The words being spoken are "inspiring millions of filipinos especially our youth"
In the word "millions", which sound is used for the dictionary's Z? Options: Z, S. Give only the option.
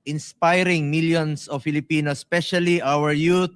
S